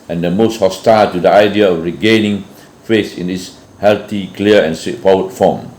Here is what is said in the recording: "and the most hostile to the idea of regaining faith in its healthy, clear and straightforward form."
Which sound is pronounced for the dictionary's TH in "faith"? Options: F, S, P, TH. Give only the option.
S